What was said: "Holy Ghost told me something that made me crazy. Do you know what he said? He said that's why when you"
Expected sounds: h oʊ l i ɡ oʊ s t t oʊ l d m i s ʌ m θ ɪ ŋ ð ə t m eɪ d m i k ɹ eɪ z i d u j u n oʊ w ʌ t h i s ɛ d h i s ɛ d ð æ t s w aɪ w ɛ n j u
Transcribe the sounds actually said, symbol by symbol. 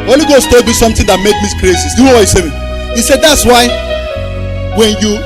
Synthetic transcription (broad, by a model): oʊ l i ɡ oʊ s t t oʊ l d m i s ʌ m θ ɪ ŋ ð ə t m eɪ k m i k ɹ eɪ s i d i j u n oʊ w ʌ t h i s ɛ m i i s ɛ d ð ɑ t s w aɪ w ɛ n j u